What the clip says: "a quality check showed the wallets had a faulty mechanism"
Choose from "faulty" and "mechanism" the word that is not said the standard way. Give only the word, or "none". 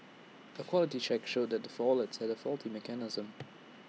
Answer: none